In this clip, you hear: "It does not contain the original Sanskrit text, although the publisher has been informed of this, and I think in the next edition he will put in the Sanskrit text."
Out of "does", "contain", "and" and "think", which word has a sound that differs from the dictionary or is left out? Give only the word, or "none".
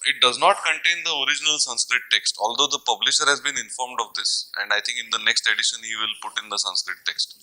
think